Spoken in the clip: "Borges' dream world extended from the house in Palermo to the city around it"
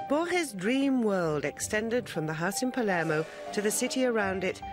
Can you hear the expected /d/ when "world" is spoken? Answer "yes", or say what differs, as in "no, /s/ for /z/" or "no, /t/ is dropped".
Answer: yes